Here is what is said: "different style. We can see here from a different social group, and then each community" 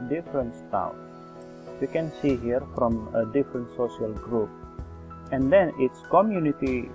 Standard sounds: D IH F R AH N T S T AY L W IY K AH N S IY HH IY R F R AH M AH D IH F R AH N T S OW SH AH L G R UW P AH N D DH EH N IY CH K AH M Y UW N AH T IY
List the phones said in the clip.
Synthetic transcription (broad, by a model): D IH F R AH N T S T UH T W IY K AH N S IY HH IY R F R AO M AH D IH F R AH N T S OW SH AH L G R UW P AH N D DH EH N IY S K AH M Y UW N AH T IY